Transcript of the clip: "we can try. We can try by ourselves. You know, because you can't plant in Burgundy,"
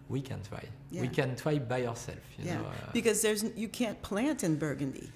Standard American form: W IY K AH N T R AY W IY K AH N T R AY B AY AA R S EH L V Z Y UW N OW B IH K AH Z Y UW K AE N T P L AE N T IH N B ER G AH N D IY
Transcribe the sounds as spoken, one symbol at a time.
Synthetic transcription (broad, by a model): W IY K AH N T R AY W IY K AH N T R AY B AY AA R S EH L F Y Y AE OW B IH K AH Z Y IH K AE N P L AE N T IH N B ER G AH N D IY